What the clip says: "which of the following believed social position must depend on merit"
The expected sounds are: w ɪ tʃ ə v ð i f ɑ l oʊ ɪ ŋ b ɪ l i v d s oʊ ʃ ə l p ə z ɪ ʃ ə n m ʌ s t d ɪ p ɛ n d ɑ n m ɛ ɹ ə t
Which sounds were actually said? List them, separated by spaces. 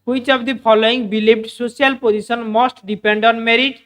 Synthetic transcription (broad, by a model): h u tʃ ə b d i p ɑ l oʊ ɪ ŋ b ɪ l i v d s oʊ s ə l p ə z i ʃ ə n m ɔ s t d ɪ p ɛ n d ɑ n m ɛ ɹ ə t